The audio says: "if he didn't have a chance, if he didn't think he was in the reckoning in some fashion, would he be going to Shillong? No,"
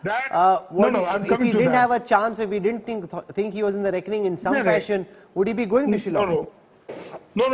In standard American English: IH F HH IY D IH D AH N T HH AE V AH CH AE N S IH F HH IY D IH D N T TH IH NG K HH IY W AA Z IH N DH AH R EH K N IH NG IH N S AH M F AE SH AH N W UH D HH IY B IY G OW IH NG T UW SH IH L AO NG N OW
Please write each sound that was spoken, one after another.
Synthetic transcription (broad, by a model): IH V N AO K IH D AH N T HH AE V AH CH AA N S IH F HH IY D IH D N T T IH NG K HH IY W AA Z IH N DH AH R EH K N IH NG IH N S AH M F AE SH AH N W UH D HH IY B IY G OW IH NG T UW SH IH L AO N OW